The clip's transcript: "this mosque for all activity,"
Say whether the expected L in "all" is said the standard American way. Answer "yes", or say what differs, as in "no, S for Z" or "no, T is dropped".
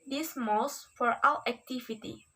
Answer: no, W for L